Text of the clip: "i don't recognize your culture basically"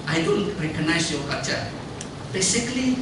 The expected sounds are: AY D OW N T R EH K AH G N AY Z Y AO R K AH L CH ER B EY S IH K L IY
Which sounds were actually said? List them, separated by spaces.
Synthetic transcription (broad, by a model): AY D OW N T R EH K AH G N AY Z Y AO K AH CH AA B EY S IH K L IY